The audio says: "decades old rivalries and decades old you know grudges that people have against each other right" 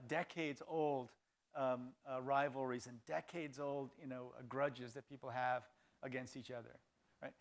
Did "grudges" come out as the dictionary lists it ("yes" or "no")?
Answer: yes